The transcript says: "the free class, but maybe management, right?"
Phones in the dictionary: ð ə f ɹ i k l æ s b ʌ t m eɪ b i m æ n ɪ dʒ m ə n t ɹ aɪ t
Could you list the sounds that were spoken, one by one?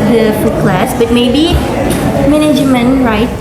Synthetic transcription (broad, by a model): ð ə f u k l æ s b ʌ t m eɪ b i m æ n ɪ dʒ m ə n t ɹ aɪ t